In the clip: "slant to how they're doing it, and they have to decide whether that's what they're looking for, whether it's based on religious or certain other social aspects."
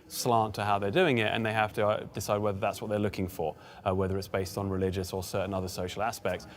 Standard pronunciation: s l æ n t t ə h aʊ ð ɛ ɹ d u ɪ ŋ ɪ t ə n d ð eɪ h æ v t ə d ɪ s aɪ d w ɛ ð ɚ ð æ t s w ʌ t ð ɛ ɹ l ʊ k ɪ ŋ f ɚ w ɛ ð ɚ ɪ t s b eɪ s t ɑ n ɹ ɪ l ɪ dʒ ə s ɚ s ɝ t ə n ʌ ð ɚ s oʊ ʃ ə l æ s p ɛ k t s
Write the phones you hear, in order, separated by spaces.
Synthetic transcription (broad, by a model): s l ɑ n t t ə h aʊ ð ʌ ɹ d u ɪ ŋ ɪ t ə n ð eɪ h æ f t ə d ɪ s aɪ d w ɛ ð ɚ ð æ t s w ʌ t ð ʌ ɹ l ʊ k ɪ ŋ f ɚ w ɛ ð ɚ ɪ t s b eɪ s t n ɹ ɪ l ɪ dʒ ə s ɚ s ɝ t n ʌ ð ɚ s oʊ ʃ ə l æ s p ɛ k t s